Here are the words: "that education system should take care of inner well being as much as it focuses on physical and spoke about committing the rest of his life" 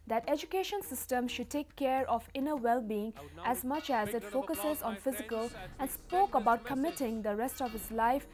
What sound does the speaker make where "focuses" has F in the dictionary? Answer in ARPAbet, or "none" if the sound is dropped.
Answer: F